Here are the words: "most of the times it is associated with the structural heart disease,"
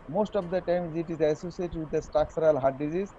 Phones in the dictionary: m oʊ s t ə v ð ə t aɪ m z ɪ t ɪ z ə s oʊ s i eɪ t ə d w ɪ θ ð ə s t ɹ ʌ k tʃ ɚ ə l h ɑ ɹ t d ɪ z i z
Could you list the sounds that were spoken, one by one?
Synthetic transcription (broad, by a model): m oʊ s t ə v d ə t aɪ m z ɪ t ɪ z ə s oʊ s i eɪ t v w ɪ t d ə s t ɑ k s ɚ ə l h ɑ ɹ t d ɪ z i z